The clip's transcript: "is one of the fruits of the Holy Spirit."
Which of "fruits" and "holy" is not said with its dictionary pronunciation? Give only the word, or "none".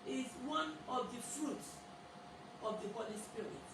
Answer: none